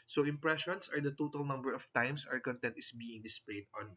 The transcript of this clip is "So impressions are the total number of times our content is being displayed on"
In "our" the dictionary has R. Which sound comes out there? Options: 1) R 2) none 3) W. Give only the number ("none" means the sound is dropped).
1